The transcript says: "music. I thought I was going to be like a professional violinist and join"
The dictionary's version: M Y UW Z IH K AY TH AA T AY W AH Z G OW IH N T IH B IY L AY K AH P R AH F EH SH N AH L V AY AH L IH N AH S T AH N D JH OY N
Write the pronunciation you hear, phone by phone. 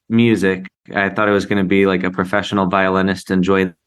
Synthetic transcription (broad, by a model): M Y UW Z IH K AY TH AA T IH W AH Z G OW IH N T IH B IY L AY K AH P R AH F EH SH N L V AY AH L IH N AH S T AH N JH OY